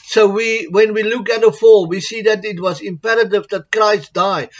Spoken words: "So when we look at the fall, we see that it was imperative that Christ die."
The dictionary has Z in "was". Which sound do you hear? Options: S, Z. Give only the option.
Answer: Z